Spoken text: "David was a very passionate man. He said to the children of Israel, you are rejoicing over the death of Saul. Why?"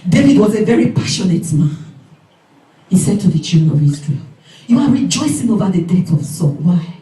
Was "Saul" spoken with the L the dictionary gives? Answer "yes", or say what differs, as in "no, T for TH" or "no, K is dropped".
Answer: no, N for L